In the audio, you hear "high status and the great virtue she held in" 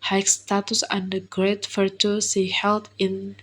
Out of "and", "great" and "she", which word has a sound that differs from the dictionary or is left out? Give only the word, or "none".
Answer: she